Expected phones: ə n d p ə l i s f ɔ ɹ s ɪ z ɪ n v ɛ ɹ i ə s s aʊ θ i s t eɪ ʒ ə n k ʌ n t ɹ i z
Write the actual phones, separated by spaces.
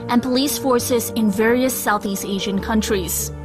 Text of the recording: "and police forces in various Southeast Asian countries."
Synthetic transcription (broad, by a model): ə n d p ə l i s f ɔ ɹ s ɪ z ɪ n v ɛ ɹ i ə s s aʊ θ i s t eɪ ʒ ə n k ʌ n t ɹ i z